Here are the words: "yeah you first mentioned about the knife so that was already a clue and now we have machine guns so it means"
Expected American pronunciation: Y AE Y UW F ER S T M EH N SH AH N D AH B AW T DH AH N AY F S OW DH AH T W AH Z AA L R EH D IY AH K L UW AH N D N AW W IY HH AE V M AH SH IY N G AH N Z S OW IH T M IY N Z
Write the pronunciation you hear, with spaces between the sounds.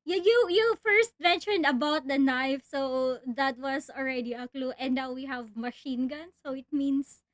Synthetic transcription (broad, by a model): Y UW Y UW F ER S T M EH N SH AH N D AH B AW T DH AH N AY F S OW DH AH T W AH S AA L R EH D IY AH K L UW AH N N AW W IY HH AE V M AH SH IY N G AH N S OW IH T M IY N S